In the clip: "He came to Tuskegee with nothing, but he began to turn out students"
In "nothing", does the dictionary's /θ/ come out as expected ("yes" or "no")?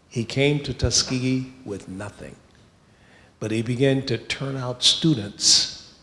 yes